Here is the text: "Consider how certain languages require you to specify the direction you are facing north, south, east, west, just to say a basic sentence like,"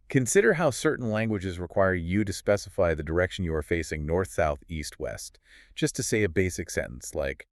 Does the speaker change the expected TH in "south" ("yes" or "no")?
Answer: no